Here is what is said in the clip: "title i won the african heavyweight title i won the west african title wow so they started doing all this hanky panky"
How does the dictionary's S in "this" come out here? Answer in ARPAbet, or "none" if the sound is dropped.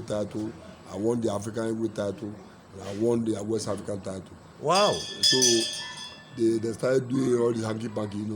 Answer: none